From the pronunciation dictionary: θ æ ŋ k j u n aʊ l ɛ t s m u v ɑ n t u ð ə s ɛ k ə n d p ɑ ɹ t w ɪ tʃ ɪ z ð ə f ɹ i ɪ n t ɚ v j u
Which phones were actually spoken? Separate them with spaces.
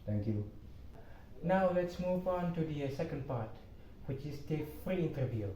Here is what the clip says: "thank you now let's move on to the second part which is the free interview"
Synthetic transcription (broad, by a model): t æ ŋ k j u n aʊ l ɛ t s m u v ɑ n t u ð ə s ɛ k ə n d p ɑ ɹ t w ɪ tʃ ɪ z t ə f ɹ i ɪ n t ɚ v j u